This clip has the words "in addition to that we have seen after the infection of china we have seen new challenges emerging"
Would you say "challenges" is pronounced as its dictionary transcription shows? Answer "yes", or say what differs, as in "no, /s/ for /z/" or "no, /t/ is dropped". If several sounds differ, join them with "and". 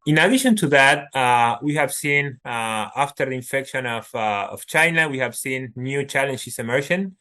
no, /s/ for /z/